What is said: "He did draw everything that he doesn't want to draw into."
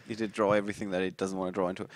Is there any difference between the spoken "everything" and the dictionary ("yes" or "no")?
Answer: no